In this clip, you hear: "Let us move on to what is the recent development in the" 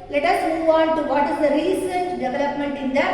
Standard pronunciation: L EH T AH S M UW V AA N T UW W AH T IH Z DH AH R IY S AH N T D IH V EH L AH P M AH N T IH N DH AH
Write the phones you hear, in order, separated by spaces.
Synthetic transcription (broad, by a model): L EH T AH S M UW V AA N T UW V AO T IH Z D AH R IY S AH N T D IH V EH L AH P M AH N T IH N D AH